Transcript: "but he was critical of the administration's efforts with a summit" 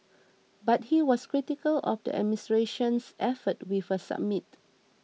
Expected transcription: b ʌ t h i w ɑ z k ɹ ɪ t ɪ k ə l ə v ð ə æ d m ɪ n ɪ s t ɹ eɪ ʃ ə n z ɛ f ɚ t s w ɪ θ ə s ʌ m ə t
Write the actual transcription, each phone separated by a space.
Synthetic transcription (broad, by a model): b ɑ t h i w ɑ s k ɹ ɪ t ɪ k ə l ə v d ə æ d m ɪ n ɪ s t ɹ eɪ ʃ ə n s ɛ f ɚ t w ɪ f ə s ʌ m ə t